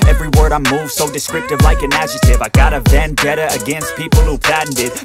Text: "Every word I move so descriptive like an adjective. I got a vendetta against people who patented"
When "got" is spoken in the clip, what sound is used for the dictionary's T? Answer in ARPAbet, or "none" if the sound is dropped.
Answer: T